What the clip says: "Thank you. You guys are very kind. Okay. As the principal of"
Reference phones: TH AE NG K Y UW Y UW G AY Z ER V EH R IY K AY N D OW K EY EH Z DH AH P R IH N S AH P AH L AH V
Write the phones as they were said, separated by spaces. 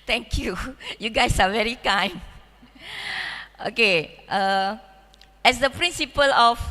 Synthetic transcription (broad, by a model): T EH NG K Y UW Y UW G AY S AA V EH R IY K AY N OW K EY EH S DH AH P R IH N S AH P AH L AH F